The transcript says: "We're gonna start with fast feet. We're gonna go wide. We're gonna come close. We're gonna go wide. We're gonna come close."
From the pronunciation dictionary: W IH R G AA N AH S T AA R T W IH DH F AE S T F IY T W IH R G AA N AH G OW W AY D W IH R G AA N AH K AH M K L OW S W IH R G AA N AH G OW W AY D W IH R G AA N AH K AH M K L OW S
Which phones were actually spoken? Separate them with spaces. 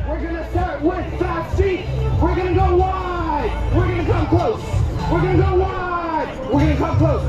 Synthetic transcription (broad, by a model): W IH R G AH N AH S T AA R T W IH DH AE T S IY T W IH R G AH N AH G OW W AY D W IH R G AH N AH K AH M K L OW S W IH R G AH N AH G OW W AY D W IH R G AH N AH K AH M K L OW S